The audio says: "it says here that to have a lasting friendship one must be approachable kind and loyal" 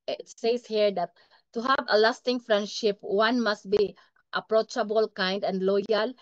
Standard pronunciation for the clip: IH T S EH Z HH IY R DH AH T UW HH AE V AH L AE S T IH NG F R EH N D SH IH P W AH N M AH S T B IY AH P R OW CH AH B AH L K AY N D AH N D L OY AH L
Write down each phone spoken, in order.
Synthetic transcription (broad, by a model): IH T S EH S HH IY R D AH T UW HH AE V AH L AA S T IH NG F R EH N D SH IH P W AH N M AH S T B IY AH P R OW CH AH B AH L K AY N D AH N D L OY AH L